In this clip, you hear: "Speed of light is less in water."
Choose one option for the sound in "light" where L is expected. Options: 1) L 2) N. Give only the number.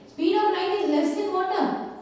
2